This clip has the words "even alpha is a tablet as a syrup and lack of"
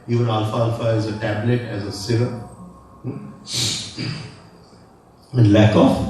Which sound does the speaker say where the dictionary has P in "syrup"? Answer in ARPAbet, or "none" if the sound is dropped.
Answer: none